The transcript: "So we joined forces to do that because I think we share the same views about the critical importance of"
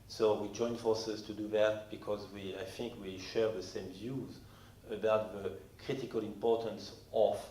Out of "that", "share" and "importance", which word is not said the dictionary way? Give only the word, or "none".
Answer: none